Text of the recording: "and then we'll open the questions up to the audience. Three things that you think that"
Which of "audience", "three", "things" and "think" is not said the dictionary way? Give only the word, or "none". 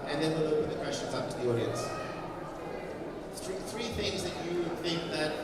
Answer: none